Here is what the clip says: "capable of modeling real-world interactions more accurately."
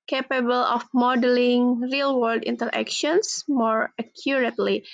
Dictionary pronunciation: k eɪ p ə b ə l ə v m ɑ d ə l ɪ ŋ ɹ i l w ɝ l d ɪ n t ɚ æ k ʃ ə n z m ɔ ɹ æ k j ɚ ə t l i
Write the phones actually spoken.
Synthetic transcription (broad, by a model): k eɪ p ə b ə l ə f m ɑ d ə l ɪ ŋ ɹ i l w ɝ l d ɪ n t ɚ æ k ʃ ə n s m ɔ ɹ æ k j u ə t l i